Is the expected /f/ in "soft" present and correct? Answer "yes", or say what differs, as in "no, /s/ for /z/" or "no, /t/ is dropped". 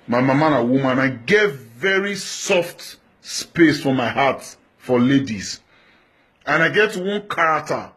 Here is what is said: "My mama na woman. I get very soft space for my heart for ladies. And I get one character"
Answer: yes